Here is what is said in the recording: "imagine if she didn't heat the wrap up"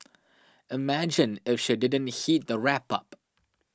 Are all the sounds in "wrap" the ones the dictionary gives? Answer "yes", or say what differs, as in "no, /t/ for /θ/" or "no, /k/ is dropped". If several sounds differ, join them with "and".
yes